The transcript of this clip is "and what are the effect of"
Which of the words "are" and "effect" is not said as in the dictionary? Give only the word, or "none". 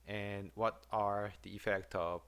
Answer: none